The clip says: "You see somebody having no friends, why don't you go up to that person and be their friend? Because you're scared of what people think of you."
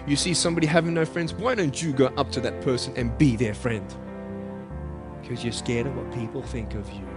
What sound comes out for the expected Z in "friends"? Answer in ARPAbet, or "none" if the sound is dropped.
Z